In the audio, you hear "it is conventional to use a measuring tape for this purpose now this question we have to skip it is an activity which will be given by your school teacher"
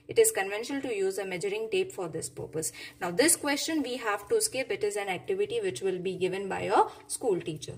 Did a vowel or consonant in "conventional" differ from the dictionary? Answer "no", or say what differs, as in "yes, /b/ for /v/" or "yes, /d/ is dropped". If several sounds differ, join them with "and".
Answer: no